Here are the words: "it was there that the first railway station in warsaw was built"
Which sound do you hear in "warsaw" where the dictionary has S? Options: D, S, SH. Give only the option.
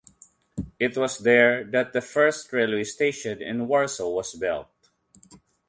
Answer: S